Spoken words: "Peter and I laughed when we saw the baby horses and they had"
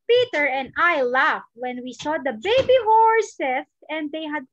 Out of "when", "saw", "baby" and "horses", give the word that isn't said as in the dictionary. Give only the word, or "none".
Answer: horses